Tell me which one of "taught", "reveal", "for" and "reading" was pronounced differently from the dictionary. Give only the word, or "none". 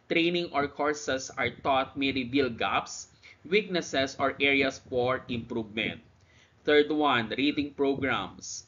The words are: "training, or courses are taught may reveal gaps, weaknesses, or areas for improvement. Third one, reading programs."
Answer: reveal